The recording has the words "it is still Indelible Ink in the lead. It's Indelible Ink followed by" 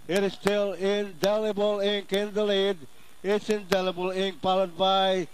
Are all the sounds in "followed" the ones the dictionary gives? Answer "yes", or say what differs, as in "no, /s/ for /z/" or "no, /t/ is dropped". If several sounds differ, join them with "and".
no, /p/ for /f/